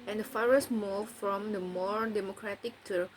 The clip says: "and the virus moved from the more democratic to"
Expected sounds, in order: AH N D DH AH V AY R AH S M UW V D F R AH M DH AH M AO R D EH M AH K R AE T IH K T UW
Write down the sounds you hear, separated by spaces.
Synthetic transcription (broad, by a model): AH N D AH F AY R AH S M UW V F R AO M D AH M AO R D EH M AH K R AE T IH K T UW